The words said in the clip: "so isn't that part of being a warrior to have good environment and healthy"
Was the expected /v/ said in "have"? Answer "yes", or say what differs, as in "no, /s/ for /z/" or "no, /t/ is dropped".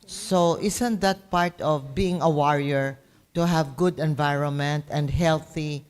yes